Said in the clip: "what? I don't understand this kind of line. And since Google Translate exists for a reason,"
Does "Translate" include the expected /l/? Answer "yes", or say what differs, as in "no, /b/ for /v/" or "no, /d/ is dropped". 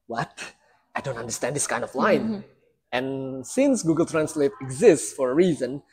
yes